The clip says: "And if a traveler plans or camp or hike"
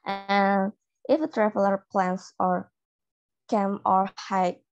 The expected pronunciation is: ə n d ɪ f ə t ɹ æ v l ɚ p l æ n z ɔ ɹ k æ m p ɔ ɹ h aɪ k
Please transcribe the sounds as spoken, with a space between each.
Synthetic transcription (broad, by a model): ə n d ɪ f ə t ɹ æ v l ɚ p l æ n s ɔ ɹ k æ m ɔ ɹ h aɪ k